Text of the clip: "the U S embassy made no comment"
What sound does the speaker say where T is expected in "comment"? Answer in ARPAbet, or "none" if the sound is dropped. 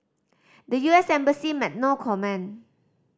none